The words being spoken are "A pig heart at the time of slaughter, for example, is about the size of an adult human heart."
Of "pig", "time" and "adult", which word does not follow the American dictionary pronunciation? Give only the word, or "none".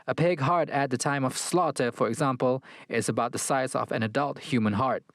none